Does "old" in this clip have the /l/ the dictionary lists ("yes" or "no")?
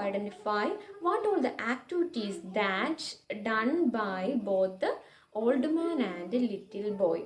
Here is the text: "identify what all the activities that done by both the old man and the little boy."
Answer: yes